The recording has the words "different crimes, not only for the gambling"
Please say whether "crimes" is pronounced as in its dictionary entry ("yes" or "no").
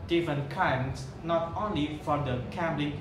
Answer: no